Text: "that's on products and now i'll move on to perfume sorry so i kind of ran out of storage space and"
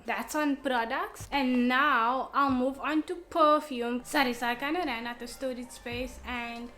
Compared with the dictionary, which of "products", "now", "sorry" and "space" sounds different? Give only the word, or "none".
none